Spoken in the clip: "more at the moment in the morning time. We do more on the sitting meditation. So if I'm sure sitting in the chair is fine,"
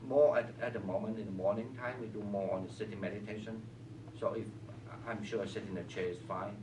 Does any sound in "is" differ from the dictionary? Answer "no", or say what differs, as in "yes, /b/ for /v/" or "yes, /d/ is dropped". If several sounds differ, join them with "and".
yes, /s/ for /z/